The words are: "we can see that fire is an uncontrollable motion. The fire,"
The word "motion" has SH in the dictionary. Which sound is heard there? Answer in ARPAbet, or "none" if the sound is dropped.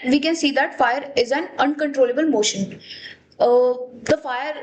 SH